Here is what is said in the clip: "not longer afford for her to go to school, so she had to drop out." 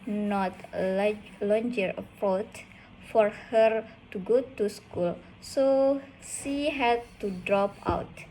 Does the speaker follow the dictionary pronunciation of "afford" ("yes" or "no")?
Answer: no